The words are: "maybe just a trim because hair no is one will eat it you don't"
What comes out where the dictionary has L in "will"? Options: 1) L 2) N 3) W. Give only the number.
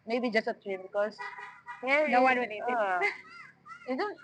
2